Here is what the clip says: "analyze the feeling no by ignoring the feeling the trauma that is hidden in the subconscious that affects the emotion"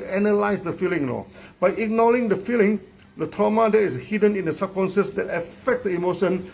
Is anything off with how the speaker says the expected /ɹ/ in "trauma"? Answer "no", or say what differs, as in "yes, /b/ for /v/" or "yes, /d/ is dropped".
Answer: yes, /ɹ/ is dropped